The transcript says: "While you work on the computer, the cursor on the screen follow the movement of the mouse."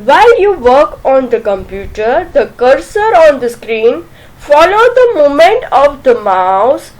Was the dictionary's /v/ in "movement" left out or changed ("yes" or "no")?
yes